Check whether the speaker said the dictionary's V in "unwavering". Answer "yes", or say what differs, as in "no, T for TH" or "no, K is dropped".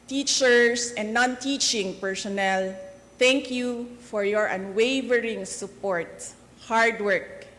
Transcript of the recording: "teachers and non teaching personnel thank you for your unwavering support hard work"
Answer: yes